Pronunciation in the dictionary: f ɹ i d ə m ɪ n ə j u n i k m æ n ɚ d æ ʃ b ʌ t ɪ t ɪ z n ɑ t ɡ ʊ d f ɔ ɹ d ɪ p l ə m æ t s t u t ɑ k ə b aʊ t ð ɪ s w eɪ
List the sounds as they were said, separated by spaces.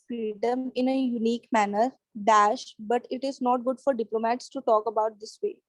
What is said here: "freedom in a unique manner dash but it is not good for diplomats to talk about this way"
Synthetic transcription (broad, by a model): f ɹ i d ə m ɪ n ə j u n i k m æ n ɚ d æ ʃ b ʌ t ɪ t ɪ z n ɑ t ɡ ʊ d f ɔ ɹ d ɪ p l ə m æ t s t u t ɑ k ə b aʊ t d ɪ s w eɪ